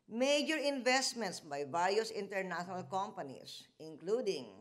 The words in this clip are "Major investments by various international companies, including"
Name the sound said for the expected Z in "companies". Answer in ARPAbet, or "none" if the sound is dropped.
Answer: S